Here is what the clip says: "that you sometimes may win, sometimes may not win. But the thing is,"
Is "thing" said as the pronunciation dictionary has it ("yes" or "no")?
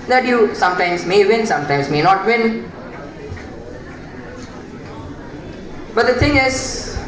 no